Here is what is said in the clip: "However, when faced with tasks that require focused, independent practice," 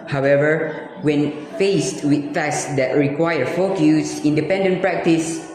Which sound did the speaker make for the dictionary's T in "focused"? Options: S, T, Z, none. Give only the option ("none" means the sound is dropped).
none